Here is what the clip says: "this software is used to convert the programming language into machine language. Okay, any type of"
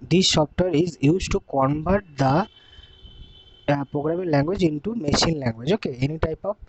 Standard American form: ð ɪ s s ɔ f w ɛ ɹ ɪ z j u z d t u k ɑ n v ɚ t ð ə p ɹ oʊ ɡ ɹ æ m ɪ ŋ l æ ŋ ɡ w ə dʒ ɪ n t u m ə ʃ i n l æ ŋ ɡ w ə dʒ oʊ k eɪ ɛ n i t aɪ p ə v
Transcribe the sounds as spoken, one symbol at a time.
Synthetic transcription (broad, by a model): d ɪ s ʃ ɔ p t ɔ ɹ ɪ z j u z t u k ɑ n b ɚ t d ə p ɹ oʊ ɡ ɹ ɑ m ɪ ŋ l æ ŋ ɡ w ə dʒ ɪ n t u m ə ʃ i n l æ ŋ ɡ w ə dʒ oʊ k eɪ ɛ n i t aɪ p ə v